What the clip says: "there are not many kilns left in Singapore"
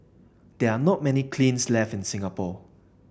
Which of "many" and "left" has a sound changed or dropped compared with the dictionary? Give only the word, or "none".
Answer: none